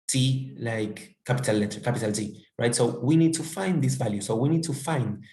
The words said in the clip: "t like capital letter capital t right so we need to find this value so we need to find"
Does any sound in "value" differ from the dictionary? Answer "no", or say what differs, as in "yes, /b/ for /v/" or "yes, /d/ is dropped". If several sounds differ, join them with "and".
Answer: no